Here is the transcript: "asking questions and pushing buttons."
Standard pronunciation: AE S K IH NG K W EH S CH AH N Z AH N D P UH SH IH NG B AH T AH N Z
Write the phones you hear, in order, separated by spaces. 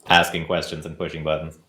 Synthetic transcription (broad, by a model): AE S K IH NG K W EH S CH AH N Z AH N P UH SH IH NG B AH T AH N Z